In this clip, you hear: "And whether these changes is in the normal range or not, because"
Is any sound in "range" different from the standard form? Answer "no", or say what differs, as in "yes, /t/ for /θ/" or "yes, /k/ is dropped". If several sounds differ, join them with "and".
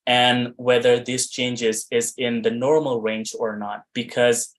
no